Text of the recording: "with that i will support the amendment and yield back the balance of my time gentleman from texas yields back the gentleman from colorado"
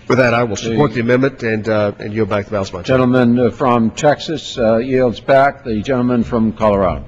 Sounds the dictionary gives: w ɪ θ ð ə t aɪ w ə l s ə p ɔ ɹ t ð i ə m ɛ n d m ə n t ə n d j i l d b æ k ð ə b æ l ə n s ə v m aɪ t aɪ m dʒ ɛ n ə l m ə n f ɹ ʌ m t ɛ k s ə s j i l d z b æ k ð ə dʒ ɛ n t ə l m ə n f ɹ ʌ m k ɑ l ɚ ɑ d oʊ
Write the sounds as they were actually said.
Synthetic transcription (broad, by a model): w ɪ ð ə t aɪ w ə l s ə p ɔ ɹ t ð i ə m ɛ n m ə n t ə n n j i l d b æ k ð ə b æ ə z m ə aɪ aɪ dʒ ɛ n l m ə n f ɹ ʌ m t ɛ k s ə s j i l d z b æ k ð ə dʒ ɛ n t l m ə n f ɹ ʌ m k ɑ l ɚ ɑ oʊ